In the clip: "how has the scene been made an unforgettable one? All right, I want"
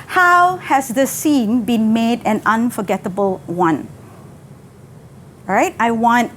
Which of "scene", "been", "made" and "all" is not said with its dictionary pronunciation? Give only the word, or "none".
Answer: all